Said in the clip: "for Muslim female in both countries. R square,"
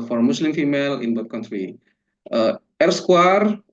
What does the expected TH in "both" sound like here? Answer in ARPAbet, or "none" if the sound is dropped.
T